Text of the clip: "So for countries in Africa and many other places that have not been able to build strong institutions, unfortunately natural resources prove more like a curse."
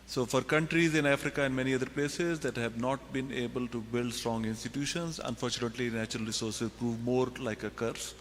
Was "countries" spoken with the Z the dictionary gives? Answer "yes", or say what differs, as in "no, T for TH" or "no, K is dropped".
yes